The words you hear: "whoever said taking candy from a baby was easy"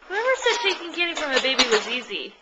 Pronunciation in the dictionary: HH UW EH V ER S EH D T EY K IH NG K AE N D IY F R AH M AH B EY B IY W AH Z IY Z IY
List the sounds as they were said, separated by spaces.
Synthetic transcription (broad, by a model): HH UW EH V ER S EH D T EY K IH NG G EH D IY F R AH M AH B EY B IY W AH Z IY Z IY